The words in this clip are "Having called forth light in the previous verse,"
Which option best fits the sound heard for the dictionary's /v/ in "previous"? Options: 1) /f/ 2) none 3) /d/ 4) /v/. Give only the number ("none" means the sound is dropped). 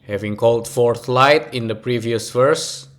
4